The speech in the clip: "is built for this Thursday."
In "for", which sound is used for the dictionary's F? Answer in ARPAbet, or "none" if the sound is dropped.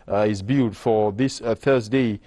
F